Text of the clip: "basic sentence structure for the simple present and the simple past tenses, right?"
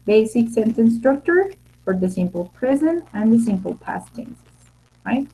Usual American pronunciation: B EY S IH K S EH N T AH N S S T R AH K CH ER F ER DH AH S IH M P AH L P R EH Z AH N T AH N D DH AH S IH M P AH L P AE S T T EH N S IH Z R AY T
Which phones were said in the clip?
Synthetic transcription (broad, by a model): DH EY S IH K S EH N S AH N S S T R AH K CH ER F ER DH AH S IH M P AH L P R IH Z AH N AH N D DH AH S IH M P AH L P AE S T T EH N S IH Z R AY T